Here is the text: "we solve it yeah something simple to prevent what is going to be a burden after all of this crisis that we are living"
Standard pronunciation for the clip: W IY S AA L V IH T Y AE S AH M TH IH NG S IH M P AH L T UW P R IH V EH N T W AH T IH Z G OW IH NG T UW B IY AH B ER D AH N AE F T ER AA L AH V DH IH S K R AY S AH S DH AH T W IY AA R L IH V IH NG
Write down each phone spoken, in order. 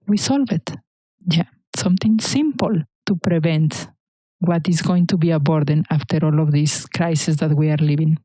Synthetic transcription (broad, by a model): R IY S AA L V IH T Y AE S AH M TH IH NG S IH M P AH L T UW P R IH V EH N T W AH T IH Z G OW IH NG T UW B IY AH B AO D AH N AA F T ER AA L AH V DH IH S K R AY S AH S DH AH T W IY AA R L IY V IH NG